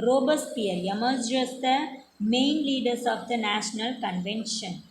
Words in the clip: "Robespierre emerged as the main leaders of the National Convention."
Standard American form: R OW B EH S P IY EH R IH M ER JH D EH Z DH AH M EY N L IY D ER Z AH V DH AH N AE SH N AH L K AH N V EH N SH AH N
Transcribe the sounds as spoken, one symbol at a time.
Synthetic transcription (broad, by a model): R OW B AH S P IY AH R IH M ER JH AH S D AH M EY N L IY D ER S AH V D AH N AE SH N AH L K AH N V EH N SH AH N